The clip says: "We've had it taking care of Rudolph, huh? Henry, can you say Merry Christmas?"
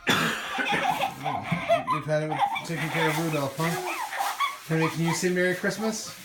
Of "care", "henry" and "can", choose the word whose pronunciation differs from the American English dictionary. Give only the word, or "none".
henry